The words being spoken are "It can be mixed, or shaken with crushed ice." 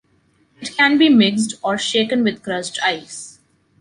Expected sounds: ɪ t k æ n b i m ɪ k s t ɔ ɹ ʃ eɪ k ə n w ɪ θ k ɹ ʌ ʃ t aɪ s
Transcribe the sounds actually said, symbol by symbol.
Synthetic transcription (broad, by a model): ɪ t k æ n b i m ɪ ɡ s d ɔ ɹ ʃ eɪ k ə n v ɪ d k ɹ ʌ s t aɪ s